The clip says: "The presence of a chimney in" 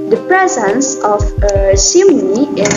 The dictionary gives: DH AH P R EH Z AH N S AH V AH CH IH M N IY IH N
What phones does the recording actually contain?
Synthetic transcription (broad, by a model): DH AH P R EH Z AH N S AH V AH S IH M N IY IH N